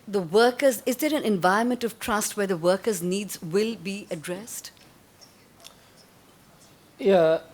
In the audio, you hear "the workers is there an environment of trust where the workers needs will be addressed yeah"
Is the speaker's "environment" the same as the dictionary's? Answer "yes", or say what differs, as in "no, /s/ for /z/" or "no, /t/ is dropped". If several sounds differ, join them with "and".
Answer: no, /ɹ/ is dropped